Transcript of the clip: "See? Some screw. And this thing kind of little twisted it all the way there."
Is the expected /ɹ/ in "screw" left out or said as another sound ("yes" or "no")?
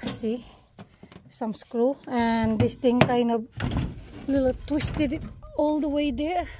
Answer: no